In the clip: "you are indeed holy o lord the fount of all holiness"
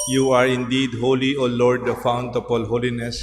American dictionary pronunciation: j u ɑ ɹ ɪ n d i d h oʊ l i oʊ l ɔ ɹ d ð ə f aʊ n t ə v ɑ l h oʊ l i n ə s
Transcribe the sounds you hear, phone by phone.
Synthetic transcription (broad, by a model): j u ɑ ɹ ɪ n d i d h oʊ l i oʊ l ɔ ɹ d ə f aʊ n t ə p ɑ l h oʊ l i n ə s